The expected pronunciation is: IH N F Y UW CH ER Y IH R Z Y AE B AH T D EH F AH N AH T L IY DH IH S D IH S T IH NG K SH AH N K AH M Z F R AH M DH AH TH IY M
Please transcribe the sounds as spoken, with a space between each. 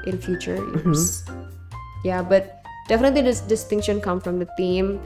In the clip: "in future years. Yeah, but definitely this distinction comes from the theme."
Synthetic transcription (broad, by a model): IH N F Y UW CH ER R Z Y AE B AH T D EH F AH N AH T L IY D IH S D IH S T IH NG K SH AH N K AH M F R AH M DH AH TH IY M